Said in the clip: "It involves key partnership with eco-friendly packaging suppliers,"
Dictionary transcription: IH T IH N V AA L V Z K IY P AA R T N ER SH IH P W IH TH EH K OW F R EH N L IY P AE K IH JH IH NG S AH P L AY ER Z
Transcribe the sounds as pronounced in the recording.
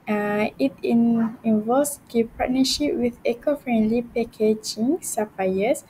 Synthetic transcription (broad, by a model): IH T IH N IY N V S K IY P AA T N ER SH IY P W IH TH EH K OW F R EH N L IY P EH K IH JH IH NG S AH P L AY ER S